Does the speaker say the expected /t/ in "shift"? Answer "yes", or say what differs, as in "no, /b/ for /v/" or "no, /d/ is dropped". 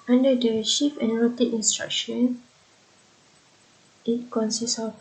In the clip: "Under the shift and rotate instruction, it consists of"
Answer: no, /t/ is dropped